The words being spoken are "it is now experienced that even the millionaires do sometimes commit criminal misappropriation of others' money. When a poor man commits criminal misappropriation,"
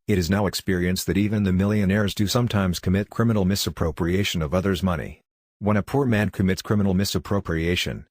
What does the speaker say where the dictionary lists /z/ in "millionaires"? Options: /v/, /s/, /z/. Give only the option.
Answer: /z/